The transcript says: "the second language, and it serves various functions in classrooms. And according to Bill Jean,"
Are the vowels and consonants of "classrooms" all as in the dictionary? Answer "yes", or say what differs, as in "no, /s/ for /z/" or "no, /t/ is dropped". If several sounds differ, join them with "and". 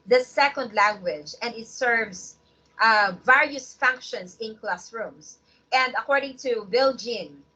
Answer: no, /s/ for /z/